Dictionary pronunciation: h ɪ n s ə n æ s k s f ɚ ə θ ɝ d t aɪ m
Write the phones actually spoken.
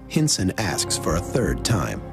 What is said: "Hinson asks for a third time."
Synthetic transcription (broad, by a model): h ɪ n s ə n æ s k s f ɚ ə θ ɝ d t aɪ m